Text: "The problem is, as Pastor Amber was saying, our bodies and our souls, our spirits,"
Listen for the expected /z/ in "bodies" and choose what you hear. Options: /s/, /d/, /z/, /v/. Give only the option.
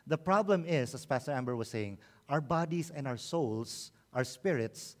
/s/